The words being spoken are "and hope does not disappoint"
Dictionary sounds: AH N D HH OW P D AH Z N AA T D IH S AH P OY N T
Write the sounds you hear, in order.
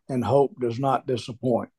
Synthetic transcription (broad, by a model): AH N HH OW P D AH Z N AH T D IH S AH P OY N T